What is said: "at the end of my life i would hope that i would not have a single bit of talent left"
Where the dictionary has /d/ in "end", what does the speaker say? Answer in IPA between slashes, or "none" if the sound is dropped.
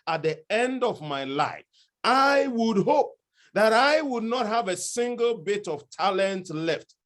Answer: /d/